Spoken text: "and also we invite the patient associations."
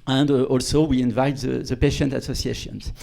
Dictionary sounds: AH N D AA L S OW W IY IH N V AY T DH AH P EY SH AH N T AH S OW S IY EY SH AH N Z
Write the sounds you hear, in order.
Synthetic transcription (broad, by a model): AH N D AA L S OW W IY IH N V AY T DH AH P EY SH AH N T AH S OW S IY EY SH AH N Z